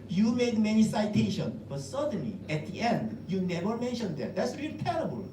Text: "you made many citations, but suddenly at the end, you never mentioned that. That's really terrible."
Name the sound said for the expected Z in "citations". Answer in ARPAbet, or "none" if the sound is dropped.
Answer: none